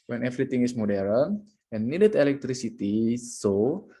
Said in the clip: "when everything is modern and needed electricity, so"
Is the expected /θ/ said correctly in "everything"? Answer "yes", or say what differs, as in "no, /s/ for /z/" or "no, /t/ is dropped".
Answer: no, /t/ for /θ/